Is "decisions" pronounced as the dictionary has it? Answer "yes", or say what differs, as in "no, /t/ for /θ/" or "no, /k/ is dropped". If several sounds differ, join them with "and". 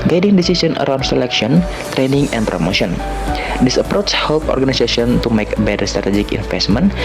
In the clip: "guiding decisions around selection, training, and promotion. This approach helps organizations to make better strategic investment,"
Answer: no, /s/ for /ʒ/ and /z/ is dropped